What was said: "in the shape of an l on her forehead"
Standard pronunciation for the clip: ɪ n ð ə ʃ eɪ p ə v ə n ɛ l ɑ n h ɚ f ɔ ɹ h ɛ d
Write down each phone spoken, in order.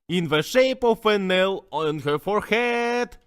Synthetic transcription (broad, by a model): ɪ n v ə ʃ eɪ p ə f ə n ɛ l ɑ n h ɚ f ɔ ɹ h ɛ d